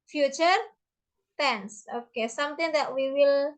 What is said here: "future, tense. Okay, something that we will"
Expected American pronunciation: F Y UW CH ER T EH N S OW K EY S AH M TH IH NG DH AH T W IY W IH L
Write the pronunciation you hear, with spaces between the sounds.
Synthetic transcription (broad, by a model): F Y UW CH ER T EH N S OW K EY S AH M T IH NG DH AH T W IY W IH L